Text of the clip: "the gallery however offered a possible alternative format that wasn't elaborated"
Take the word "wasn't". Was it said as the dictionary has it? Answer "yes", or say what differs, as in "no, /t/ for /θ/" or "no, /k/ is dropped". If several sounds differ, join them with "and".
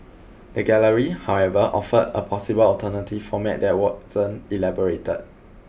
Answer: no, /t/ is dropped